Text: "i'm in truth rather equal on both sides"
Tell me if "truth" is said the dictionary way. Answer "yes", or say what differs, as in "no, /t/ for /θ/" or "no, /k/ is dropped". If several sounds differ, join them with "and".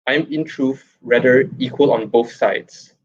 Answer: no, /f/ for /θ/